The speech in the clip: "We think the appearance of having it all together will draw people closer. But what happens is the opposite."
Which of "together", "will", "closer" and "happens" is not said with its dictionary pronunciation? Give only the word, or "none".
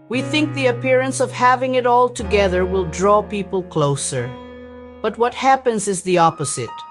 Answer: none